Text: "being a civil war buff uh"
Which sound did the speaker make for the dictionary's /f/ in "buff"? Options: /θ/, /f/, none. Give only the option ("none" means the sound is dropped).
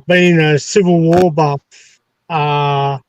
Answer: none